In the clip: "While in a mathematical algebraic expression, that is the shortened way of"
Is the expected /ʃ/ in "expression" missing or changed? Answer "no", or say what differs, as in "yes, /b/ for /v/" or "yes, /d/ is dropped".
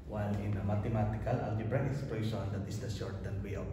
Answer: yes, /s/ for /ʃ/